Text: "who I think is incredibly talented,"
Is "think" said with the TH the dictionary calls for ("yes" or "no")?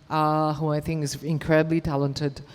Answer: yes